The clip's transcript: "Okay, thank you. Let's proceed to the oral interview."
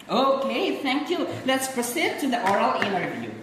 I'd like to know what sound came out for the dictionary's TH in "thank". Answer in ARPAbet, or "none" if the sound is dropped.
T